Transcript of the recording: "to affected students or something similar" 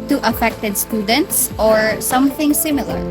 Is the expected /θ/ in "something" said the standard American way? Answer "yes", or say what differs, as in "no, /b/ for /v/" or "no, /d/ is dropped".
yes